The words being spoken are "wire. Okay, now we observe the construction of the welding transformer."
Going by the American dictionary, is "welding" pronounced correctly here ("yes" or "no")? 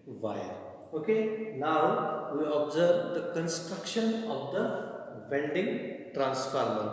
no